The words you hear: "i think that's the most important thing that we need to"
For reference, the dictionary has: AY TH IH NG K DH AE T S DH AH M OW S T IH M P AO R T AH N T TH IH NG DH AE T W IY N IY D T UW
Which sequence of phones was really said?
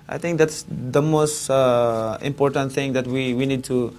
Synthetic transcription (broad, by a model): AY T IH NG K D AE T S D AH M OW S T IH M P AO R T AH N T T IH NG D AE T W IY N IY D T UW